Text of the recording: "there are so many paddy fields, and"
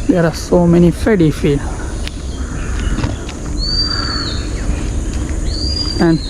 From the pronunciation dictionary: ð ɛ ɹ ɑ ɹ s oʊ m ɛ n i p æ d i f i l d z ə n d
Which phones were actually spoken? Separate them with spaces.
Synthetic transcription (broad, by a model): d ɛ ɹ ɑ ɹ s oʊ m ɛ n i f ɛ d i f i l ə n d